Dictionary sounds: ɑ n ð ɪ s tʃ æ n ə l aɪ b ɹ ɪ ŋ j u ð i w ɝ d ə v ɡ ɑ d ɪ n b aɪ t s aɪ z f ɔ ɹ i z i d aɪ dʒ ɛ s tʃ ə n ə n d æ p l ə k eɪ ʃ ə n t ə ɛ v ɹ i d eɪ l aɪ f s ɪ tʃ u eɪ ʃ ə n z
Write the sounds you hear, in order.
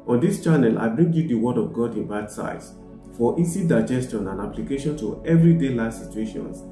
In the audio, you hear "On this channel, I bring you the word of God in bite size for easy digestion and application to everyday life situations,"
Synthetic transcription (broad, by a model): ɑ n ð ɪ s tʃ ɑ n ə l aɪ b ɹ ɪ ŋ j u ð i w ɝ d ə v ɡ ɑ d ɪ n b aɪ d s aɪ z f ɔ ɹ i s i d aɪ dʒ ɛ s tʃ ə n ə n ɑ p l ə k eɪ ʃ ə n t ə ɛ v ɹ i d eɪ l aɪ s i tʃ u eɪ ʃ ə n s